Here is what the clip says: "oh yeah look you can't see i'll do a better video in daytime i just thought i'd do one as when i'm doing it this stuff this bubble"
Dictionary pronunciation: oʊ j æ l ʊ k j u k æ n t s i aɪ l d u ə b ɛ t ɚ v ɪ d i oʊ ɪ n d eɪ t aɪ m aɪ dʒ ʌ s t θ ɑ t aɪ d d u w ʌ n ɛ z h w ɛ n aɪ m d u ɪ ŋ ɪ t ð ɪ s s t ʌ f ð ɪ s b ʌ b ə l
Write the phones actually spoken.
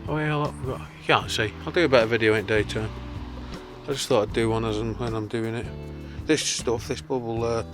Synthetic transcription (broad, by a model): oʊ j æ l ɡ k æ n t s i aɪ l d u ə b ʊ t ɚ v ɪ d i oʊ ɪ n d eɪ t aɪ aɪ dʒ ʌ s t θ ɑ t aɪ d d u w ʌ n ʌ z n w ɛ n aɪ m d u ɪ ŋ ɪ t ð ɪ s s t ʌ f ð ɪ s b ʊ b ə